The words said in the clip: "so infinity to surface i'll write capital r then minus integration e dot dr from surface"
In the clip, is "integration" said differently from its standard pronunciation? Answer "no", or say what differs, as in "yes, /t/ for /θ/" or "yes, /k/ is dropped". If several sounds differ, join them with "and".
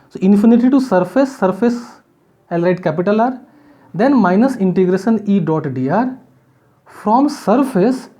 no